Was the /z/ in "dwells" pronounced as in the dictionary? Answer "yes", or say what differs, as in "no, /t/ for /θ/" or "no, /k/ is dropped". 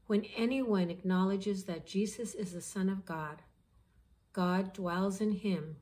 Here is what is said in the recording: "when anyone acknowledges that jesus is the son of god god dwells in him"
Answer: yes